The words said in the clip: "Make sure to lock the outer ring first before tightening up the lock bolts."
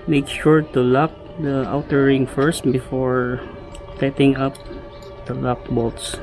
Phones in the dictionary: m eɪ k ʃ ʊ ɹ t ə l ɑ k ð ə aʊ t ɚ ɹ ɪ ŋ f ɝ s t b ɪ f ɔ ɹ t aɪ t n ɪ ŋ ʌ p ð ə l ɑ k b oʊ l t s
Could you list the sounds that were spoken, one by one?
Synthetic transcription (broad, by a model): m eɪ k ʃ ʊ ɹ t ə l ɑ k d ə aʊ t ɚ ɹ ɪ ŋ f ɝ s t b ɪ f ɔ ɹ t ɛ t ɪ ŋ ʌ p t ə l ɑ k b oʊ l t s